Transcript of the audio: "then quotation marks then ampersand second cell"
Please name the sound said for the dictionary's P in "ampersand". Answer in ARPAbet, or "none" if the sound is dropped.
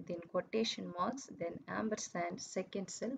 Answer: B